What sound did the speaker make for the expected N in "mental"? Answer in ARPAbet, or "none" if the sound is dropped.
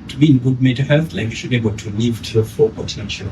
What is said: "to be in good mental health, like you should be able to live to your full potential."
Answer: none